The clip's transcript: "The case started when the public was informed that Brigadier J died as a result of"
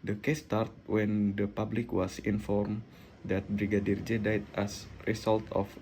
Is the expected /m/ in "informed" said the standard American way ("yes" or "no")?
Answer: yes